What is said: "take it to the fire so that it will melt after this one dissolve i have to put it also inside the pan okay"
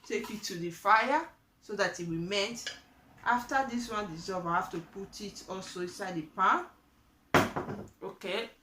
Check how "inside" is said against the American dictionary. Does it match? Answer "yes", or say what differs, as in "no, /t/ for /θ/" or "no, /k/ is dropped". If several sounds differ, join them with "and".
yes